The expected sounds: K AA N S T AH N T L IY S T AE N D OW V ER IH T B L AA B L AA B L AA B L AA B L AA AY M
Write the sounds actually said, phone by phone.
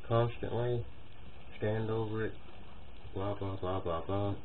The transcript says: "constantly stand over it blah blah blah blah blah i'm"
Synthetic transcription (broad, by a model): K AA N S T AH N T L IY S T AE N D OW V ER IH T B L AA B L AA B L AA B L AA B L AA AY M